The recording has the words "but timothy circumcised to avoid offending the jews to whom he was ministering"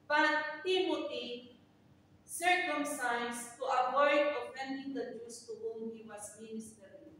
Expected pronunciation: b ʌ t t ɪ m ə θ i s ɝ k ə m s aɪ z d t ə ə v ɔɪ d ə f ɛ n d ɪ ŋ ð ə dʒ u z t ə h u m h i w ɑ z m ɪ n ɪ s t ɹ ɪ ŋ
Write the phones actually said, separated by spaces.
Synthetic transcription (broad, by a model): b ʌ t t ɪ m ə t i s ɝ k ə m s aɪ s t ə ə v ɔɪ d ə f ɛ n d ɪ ŋ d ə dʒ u s t ə h u m h i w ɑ s m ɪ n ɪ s t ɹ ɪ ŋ